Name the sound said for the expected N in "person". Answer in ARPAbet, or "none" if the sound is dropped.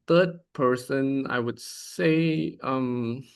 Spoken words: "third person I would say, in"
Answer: N